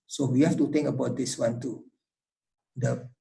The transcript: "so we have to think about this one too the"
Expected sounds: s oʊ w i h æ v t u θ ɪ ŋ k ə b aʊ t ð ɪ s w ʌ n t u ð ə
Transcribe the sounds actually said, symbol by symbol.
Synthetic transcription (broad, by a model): s oʊ w i h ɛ f t u t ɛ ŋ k ə b aʊ t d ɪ s w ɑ n t u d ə